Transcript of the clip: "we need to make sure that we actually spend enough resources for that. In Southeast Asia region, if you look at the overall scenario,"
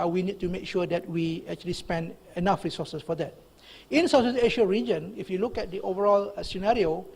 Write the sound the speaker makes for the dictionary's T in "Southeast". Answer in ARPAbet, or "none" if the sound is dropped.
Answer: none